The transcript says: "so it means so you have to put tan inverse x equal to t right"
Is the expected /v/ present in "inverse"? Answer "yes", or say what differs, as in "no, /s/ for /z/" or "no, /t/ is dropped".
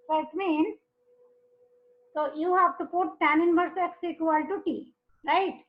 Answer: no, /b/ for /v/